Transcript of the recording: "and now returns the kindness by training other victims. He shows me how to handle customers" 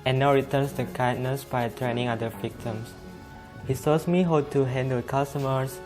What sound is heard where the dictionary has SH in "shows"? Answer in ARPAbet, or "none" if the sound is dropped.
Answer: S